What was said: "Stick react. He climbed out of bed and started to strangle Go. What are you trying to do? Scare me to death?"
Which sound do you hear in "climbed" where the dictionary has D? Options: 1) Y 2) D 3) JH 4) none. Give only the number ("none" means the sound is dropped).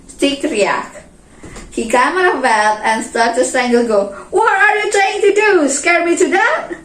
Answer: 4